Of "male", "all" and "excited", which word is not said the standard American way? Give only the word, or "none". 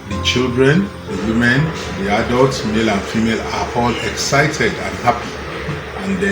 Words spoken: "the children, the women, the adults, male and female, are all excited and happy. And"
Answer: none